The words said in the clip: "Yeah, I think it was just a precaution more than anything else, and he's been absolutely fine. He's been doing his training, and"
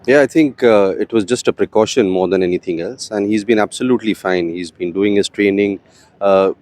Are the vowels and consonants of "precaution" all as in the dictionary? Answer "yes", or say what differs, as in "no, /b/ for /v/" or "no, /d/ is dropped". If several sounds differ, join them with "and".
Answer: yes